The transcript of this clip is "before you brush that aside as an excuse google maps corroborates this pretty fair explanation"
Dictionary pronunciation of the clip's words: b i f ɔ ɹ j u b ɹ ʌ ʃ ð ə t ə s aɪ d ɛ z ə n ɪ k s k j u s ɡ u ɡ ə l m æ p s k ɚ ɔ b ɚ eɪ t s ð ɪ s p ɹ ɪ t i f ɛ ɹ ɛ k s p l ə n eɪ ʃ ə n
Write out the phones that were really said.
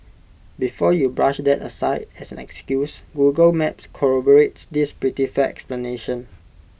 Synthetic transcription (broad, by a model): b i f ɔ j u b ɹ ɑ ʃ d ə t ə s aɪ d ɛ s ə n ɪ k s k j u s ɡ u ɡ ə l m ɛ p s k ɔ ɔ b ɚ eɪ t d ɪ s p ɹ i t i f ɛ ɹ ɛ k s p l ə n eɪ ʃ ə n